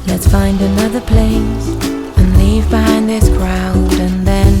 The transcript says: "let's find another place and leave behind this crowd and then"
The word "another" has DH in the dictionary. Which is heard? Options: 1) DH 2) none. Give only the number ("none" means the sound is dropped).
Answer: 1